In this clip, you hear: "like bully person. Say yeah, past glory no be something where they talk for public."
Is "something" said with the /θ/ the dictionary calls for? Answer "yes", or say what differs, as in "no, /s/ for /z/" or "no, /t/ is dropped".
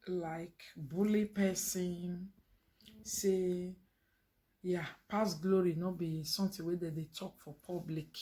no, /t/ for /θ/